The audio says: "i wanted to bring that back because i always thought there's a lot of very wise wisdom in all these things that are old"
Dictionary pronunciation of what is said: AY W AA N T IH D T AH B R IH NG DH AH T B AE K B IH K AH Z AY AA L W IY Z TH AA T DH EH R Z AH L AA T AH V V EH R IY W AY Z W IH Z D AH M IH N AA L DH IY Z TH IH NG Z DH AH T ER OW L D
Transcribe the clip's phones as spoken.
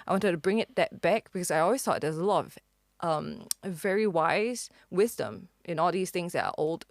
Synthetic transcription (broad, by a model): AY W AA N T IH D T AH B R IH NG DH AH T B AE K B IH K AH Z AY AA L W IY Z TH AA T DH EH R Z AH L AA T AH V V EH R IY W AY Z W IH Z D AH M IH N AA L DH IY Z TH IH NG Z DH AH T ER OW L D